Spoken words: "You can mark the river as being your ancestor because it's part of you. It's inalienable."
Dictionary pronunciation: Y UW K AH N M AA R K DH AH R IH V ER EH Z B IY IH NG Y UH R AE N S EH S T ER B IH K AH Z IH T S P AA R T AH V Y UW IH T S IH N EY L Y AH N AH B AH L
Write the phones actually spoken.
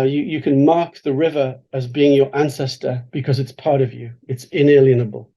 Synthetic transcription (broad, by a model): Y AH K AH N M AA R K DH AH R IH V ER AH Z B IY IH NG Y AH R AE N S EH S T ER B IH K AH Z IH T S P AA R T AH V Y UW IH T S IH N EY L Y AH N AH B AH L